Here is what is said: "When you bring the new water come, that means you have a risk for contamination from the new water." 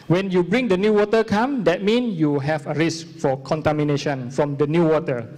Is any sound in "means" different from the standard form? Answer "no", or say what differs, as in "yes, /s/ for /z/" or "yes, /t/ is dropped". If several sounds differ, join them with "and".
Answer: yes, /z/ is dropped